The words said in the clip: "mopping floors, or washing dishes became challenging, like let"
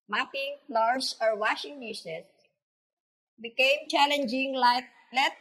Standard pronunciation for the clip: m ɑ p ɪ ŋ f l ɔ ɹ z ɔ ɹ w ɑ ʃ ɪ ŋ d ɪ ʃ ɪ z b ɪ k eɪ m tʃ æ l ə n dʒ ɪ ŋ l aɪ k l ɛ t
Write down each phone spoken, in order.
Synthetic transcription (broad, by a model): m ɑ p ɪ ŋ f l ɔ ɹ s ɔ ɹ w ɑ ʃ ɪ ŋ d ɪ s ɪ s b ɪ k eɪ m tʃ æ l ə n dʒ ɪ ŋ l aɪ k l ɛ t